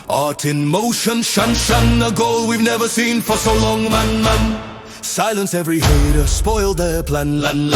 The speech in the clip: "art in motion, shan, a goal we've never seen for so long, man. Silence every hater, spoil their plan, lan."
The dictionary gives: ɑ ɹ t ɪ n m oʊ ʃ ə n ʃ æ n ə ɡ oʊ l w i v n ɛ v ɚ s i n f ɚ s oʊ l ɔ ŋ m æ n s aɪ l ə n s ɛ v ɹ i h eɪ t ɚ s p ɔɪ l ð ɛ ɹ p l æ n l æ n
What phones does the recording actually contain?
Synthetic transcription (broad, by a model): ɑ ɹ t ɪ n m oʊ ʃ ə n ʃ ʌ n ə ɡ oʊ l w i v n ɛ v ɚ s i n f ɚ s oʊ l ɔ ŋ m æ n s aɪ l ə n s ɛ v ɹ i h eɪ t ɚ s p ɔɪ l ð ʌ p l æ n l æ n